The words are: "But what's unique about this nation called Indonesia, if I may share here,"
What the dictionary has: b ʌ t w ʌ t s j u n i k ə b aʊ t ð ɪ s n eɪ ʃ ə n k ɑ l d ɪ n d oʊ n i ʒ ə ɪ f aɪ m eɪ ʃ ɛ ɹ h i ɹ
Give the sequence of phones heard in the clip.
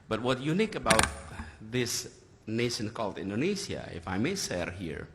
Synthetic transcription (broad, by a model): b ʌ t w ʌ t j u n i k ə b aʊ t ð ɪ s n eɪ ʃ ə n k ɑ l d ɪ n d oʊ n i s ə ɪ f aɪ m eɪ s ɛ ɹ h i ɹ